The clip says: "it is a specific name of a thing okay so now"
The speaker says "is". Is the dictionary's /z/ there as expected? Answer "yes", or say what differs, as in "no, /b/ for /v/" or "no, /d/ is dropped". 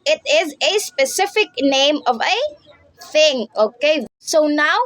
yes